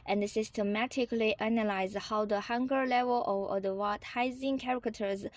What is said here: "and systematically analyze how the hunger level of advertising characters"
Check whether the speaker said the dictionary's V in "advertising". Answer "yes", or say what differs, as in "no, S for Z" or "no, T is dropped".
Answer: no, W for V